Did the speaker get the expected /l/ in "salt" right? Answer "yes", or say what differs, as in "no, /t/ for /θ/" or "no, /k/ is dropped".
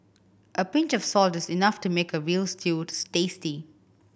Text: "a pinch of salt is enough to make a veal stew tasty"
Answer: yes